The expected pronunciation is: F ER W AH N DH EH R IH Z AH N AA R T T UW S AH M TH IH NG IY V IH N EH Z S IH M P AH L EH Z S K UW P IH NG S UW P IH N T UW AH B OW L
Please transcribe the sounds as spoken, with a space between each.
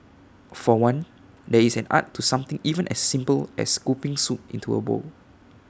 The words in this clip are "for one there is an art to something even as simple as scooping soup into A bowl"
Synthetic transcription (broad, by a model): F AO W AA N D EH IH S AH N AA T T UW S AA M T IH NG IY V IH N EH S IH M P AH L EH S K UW P IH NG S UW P IH N T UW AH B OW L